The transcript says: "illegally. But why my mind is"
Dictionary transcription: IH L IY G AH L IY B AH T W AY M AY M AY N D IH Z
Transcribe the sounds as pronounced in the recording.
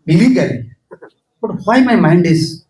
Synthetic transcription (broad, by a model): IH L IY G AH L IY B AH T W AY M AY M AY N D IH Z